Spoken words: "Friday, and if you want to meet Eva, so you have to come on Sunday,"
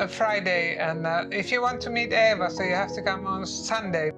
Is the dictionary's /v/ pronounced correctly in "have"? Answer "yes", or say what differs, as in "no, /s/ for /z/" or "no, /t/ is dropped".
no, /f/ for /v/